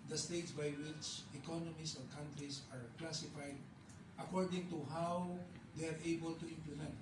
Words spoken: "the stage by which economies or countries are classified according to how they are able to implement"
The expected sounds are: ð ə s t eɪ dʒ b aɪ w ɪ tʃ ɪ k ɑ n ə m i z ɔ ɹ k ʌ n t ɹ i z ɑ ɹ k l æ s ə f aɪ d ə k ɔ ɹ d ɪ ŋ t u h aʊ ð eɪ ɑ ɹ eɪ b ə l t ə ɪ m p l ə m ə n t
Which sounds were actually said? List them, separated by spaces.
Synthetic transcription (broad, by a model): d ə s t eɪ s b aɪ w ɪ s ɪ k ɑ n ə m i s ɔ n k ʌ n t ɹ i s ɑ ɹ k l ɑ s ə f aɪ d ə k ɔ ɹ d ɪ ŋ t u h aʊ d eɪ ɑ ɹ eɪ b ə l t ə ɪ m p l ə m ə n t